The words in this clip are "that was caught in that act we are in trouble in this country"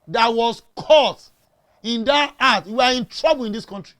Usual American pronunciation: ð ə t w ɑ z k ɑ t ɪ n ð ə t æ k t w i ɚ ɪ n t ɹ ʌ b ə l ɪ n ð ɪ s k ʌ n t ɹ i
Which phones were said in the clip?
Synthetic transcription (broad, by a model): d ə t w ɑ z k ɑ t ɪ n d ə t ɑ t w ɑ ɪ n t ɹ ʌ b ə l ɪ n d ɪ s k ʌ n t ɹ i